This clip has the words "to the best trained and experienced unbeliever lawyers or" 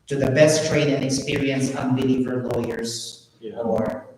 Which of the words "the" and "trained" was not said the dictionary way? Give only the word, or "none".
trained